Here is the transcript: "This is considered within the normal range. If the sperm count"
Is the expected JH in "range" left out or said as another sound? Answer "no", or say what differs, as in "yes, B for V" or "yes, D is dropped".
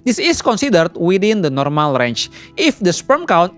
yes, CH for JH